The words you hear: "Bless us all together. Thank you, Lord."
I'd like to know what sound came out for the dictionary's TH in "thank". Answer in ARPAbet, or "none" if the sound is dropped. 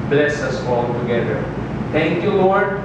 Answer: T